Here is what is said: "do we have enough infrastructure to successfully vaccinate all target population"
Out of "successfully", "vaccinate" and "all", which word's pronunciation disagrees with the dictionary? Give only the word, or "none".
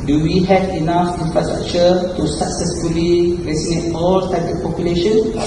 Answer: vaccinate